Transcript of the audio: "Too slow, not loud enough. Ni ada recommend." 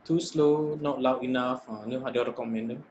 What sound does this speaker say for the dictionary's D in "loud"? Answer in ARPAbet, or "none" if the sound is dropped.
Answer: none